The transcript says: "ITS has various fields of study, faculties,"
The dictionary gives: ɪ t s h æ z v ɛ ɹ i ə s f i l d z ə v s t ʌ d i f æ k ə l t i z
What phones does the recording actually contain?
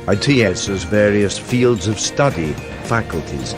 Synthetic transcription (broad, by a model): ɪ t s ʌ z v ɛ ɹ i ə s f i l d z ə v s t ʌ d i f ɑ k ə l t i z